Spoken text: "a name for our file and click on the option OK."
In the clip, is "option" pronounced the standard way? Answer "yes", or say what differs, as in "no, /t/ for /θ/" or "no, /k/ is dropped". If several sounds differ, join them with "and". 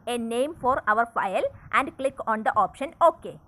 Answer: yes